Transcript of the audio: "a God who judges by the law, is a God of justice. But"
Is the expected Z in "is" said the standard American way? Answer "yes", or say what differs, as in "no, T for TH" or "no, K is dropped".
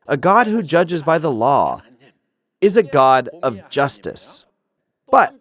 yes